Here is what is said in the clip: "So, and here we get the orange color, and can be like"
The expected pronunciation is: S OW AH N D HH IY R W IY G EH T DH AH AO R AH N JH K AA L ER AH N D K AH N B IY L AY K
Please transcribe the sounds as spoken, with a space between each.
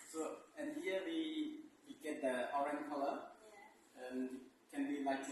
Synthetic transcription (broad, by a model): S OW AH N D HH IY W W IY G EH T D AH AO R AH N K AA L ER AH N K AH N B IY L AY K